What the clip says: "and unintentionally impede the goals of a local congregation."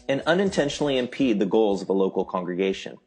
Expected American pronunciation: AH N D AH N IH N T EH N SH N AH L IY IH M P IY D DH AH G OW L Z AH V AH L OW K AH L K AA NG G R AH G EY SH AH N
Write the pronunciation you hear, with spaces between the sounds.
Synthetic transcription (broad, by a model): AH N AH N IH N T EH N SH N L IY IH M P IY D DH AH G OW L Z AH V AH L OW K L K AA NG G R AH G EY SH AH N